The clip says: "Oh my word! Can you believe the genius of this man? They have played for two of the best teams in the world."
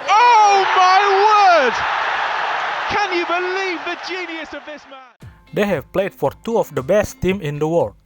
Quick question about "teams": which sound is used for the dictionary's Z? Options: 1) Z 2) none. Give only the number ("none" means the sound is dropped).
2